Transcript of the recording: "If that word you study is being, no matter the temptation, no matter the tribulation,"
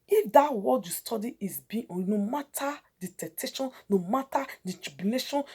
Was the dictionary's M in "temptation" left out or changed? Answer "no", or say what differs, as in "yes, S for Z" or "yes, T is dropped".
yes, M is dropped